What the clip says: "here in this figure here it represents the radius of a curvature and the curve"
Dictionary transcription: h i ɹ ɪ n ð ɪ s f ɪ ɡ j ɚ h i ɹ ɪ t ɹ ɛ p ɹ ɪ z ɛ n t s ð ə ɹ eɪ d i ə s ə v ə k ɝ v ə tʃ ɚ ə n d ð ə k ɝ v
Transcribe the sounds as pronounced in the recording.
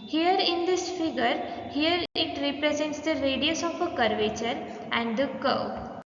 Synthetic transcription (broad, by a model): h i ɹ ɪ n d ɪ s f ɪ ɡ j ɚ h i ɹ ɪ t ɹ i p ɹ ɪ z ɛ n t s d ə ɹ eɪ d i ə s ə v ə k ɝ v ə tʃ ɚ ə n d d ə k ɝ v